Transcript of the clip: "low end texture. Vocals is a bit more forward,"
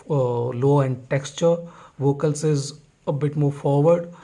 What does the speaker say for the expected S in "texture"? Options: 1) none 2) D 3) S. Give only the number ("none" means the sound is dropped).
3